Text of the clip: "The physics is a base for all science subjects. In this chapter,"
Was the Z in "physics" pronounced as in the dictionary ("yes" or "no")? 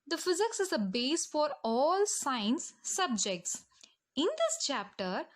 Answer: yes